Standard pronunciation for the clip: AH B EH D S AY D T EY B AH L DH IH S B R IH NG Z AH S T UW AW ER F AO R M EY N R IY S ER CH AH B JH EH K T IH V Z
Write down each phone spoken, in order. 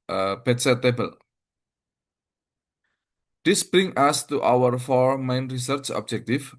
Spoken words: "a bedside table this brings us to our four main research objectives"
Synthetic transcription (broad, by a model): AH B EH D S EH T EY B AH L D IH S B R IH NG AH S T UW AW ER F AO R M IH N R IY S ER CH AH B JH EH K T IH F